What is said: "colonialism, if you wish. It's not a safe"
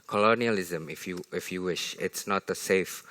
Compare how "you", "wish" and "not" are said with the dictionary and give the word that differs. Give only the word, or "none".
none